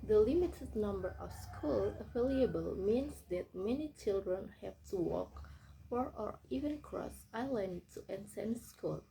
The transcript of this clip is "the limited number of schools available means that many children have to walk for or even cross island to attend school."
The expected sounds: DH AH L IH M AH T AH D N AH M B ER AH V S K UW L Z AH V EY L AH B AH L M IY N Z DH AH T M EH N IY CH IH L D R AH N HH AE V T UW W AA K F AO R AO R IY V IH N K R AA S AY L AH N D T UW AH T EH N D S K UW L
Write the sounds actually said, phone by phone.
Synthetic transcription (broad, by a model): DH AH L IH M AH T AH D N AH M B ER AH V S K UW L AH F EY L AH B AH L M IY N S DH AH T M EH N IY CH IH L D R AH N HH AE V T UW W AA K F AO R AO R IY V IH N K R AA S AY L AH N D T UW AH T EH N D S K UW L